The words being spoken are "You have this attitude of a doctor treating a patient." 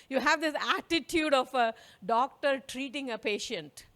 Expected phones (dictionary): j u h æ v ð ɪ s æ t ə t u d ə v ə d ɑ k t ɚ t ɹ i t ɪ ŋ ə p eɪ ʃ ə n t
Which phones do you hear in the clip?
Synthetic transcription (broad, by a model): j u h æ v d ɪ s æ t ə t u d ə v ə d ɑ k t ɚ t ɹ i t ɪ ŋ ə p eɪ ʃ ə n t